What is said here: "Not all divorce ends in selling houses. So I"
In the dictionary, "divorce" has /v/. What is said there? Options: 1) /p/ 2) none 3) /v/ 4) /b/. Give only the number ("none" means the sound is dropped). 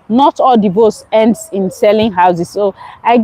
4